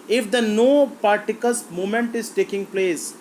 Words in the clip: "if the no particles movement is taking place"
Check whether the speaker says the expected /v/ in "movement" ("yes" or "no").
no